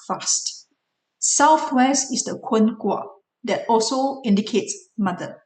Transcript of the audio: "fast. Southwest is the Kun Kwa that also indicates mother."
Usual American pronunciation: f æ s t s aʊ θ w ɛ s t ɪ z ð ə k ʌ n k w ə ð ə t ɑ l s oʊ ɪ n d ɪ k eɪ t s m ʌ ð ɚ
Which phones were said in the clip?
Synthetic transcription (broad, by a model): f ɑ s t s aʊ θ w ɛ s t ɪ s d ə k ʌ n k w ə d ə t ɑ l s oʊ ɪ n d ɪ k eɪ t s m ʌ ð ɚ